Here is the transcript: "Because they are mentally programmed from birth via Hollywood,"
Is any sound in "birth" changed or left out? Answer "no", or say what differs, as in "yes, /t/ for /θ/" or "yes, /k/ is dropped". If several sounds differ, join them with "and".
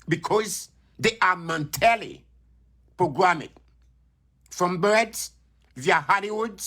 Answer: yes, /s/ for /θ/